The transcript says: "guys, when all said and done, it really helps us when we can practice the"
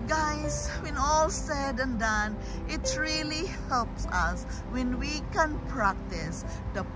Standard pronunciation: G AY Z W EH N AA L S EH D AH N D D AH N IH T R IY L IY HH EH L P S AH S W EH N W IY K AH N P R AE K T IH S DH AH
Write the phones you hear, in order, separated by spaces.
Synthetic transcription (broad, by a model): G AY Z W EH N AA L S EH D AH N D D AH N IH T R IY L IY HH EH L P S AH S W EH N W IY K AH N P R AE K T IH S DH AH